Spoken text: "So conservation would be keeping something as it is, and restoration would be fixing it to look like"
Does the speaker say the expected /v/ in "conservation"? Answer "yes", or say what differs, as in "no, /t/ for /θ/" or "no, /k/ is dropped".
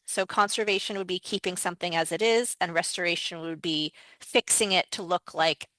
yes